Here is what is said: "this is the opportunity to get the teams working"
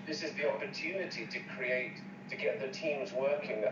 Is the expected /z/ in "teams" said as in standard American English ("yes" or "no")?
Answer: yes